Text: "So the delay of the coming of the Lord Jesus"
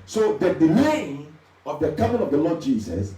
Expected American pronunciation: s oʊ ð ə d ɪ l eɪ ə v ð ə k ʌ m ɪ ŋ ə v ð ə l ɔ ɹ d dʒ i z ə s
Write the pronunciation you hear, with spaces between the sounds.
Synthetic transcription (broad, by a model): s oʊ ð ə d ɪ n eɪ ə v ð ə k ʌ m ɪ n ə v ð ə l ɔ d dʒ i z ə s